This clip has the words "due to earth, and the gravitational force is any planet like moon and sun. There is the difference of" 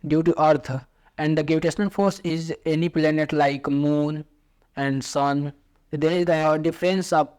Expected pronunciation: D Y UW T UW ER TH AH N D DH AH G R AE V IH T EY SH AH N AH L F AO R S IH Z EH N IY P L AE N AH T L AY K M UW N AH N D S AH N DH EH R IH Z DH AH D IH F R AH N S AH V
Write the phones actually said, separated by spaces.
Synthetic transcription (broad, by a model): D Y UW T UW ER AH N D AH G EH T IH T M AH N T F AO R S IH Z EH N IY P L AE N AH T L AY K M UW N AH N D S AH N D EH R IH Z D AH D IH F R AH N S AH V